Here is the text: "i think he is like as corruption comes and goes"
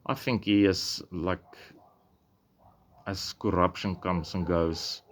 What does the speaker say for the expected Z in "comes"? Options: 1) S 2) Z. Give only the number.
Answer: 1